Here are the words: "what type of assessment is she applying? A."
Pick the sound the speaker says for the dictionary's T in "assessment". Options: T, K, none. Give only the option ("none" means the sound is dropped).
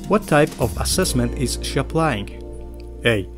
T